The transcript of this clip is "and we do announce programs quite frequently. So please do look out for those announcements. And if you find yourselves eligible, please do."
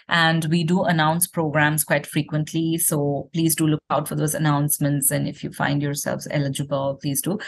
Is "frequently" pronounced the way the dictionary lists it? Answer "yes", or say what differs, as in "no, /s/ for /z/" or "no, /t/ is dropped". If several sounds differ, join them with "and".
yes